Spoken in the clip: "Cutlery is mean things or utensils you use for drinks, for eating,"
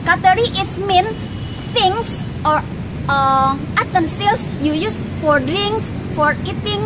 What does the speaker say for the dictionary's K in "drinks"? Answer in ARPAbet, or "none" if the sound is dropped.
none